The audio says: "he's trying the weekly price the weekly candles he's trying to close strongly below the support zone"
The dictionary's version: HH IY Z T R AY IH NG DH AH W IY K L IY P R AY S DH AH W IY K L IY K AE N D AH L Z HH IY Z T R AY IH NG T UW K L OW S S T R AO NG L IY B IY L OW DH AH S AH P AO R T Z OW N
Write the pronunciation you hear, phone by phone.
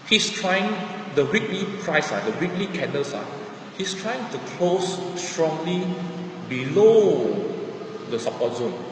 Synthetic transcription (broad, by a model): HH IY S T R AY IH NG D AH W IY K L IY P R AY S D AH W IY K L IY K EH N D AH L S HH IY S T R AY IH NG T UW K L OW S S T R AO NG L IY B IY L OW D AH S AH P AO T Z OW N